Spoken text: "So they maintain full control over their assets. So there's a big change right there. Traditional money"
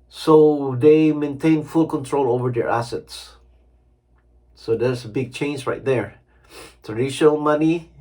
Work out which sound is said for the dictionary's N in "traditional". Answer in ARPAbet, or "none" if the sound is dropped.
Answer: none